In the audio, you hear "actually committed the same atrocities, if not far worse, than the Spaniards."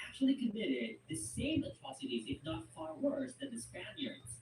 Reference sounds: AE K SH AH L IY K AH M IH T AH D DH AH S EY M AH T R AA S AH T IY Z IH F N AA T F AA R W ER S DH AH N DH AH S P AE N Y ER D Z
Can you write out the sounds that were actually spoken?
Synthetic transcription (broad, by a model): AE K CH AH L IY K AH M IH T AH D DH AH S EY M AH T R AA S AH T IY Z IH F N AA T F AA R W ER S DH AH N DH AH S P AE N Y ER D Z